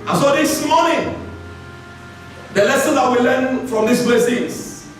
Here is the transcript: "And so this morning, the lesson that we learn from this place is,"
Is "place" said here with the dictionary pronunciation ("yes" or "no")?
no